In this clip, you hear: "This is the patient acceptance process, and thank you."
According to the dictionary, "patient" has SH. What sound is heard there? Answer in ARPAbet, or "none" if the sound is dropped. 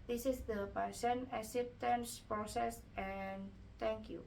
S